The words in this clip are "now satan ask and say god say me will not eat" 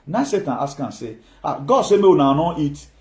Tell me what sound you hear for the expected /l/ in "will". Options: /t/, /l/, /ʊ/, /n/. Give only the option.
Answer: /n/